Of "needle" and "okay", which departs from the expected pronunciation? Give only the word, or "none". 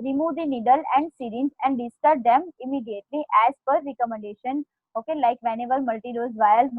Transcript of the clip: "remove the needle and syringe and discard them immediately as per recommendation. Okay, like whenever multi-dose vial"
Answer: none